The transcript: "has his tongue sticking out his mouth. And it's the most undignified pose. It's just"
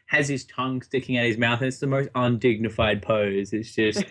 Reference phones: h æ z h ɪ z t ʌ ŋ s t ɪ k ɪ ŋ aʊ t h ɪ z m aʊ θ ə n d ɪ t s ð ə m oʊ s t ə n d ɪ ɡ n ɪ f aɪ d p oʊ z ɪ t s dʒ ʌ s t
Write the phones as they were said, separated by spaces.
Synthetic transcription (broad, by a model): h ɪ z ɪ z t ʌ ŋ s t ɪ k ɪ ŋ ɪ t h ɪ z m aʊ θ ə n ɪ t s ð ə m oʊ s t ə n d ɪ ɡ n ɪ f aɪ d p oʊ z ɪ t s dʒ ʌ s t